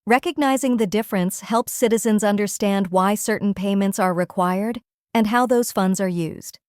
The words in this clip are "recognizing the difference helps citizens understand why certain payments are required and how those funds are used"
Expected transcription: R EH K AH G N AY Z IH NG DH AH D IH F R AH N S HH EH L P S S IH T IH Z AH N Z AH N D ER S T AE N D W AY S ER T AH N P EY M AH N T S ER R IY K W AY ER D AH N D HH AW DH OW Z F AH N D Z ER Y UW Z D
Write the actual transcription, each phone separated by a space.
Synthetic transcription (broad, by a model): R EH K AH G N AY Z IH NG DH AH D IH F R AH N S HH EH L P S S IH T IH Z AH N Z AH N D ER S T AE N D W AY S ER T N P EY M AH N T S ER R IY K W AY ER D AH N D HH AW DH OW Z F AH N D Z ER Y UW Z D